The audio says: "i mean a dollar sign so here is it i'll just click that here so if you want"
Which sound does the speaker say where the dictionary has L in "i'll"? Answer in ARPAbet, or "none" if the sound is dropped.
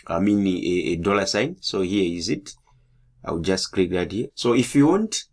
W